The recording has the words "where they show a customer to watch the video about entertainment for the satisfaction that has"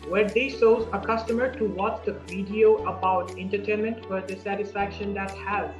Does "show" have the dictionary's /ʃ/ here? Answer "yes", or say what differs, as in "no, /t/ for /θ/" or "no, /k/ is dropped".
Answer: no, /s/ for /ʃ/